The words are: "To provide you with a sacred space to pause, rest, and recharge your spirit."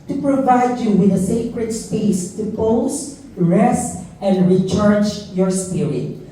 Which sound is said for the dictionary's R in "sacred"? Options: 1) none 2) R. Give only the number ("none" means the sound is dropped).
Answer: 2